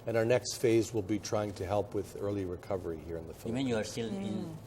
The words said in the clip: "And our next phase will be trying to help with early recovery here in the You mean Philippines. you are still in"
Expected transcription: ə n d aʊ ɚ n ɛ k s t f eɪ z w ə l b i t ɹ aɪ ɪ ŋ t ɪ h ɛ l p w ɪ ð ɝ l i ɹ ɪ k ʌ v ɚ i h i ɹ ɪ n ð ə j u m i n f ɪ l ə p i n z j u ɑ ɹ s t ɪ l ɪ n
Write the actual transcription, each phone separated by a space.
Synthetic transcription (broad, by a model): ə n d aʊ ɚ n ɛ k s t f eɪ z w ə l b i t ɹ aɪ ɪ ŋ t ɪ h ɛ l p w ɪ ð ɝ l i ɹ ɪ k ʌ v ɚ i h i ɹ ɪ n ð ə f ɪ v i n j u ɑ ɹ s t ɪ l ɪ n